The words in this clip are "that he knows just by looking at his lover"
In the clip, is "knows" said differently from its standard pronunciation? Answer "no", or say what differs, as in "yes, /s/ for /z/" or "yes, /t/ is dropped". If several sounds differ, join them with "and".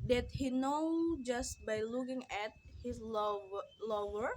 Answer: yes, /z/ is dropped